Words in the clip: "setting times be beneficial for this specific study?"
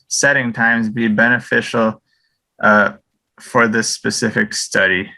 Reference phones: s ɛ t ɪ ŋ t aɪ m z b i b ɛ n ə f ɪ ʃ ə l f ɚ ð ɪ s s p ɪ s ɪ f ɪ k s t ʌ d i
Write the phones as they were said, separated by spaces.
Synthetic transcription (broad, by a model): s ɛ t ɪ ŋ t aɪ m z b i b ɛ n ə f ɪ ʃ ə f ɚ ð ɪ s s p ɪ s ɪ f ɪ k s t ʌ d i